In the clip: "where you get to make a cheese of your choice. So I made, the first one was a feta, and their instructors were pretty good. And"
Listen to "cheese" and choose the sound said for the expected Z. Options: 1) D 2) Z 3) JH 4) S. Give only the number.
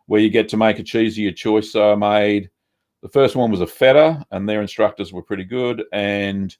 2